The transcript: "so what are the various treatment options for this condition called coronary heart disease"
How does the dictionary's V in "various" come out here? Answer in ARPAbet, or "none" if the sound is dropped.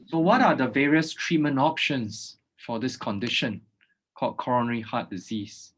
V